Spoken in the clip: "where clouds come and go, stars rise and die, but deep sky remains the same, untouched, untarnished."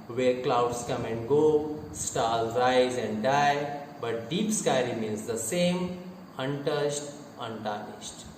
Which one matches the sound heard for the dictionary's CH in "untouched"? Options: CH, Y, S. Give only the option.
S